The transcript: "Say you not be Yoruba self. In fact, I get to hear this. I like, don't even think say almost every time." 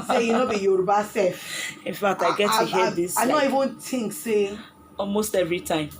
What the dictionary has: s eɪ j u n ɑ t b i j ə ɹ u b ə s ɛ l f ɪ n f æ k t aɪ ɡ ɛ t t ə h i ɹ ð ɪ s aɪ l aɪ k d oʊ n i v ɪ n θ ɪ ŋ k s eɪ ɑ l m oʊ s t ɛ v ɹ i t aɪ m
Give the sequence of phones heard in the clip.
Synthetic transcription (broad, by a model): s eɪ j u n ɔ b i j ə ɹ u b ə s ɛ f ɪ n f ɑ k t aɪ ɡ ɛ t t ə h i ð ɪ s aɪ n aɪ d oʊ i v ɪ n t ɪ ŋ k s eɪ ɑ l m oʊ s t ɛ v ɹ i t aɪ m